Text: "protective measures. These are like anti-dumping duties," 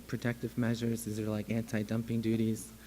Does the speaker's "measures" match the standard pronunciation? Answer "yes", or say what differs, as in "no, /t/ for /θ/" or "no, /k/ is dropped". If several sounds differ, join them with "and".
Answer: yes